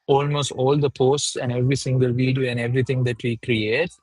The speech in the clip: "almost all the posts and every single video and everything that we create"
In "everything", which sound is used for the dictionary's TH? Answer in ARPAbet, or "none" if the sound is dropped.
T